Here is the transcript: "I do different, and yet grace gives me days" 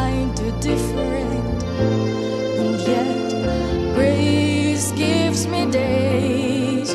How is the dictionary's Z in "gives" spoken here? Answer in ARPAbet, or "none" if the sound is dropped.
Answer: Z